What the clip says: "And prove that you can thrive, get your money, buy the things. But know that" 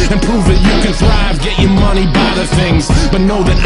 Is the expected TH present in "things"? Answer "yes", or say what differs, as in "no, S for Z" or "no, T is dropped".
yes